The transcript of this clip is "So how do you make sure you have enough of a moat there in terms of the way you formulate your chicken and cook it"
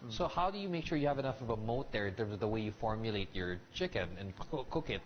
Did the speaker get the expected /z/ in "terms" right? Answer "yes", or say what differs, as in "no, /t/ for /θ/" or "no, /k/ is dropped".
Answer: yes